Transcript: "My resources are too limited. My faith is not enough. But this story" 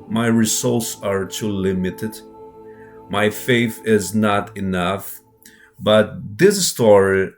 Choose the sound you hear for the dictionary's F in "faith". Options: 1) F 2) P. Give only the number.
1